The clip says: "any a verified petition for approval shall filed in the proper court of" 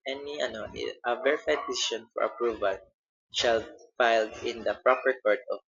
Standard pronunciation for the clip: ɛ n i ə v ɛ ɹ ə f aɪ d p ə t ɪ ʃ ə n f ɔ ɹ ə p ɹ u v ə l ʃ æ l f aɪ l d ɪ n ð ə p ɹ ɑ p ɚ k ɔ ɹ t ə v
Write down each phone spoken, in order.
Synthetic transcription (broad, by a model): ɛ n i ə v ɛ ɹ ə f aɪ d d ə s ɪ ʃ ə n f ɔ ɹ ə p ɹ u v ə l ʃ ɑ l f aɪ l d ɪ n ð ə p ɹ ɑ p ɚ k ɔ ɹ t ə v